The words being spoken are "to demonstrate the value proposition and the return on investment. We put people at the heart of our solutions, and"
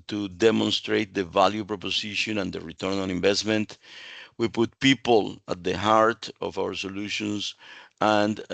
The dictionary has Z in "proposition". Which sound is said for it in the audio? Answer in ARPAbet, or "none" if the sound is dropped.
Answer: S